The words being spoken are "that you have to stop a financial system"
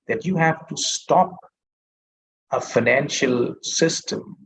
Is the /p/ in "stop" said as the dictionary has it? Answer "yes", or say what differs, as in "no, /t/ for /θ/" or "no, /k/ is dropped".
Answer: yes